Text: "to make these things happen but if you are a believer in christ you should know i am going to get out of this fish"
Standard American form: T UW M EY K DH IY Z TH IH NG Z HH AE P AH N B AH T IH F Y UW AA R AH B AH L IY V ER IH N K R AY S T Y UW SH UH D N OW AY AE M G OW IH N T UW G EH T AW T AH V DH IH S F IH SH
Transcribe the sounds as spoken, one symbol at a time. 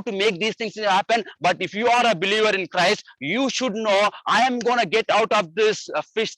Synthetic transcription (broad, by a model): T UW M EY K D IY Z T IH NG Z HH AE P AH N B AH T IH F Y UW AA R AH B AH L IY V ER IH N K R AY S T Y UW SH UH D N OW AY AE M G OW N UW G EH T AW T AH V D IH S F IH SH